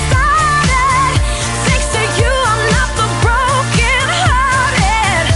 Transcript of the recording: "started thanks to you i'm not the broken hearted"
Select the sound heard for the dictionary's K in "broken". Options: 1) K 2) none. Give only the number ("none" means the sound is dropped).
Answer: 1